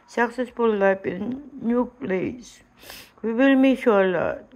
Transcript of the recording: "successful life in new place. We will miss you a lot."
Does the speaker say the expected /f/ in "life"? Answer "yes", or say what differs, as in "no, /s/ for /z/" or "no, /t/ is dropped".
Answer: no, /p/ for /f/